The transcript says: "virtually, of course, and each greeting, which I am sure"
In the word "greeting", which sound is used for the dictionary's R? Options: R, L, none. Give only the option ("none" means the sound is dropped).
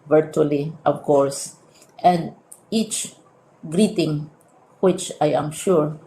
R